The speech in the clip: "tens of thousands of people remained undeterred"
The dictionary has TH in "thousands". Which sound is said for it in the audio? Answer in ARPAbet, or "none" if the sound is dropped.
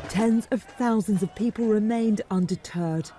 TH